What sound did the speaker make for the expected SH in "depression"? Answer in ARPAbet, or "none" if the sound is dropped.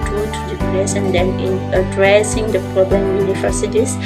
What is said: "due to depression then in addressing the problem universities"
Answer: S